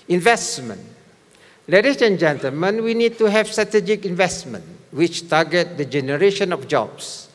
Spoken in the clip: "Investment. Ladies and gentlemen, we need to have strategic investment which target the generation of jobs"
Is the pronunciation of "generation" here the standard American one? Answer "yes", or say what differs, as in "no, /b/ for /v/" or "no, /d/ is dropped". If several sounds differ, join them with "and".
yes